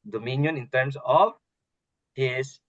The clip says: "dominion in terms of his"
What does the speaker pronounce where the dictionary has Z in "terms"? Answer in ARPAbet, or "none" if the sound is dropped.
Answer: S